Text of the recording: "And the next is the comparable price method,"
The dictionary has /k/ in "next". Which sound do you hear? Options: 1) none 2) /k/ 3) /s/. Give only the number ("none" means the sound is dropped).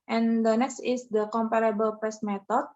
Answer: 2